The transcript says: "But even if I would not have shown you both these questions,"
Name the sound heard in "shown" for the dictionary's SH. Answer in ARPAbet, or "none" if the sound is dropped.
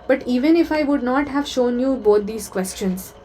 SH